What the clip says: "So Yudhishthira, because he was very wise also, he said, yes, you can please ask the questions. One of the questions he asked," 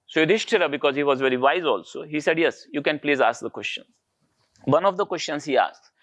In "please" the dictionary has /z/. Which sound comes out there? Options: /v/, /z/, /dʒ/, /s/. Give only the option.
/z/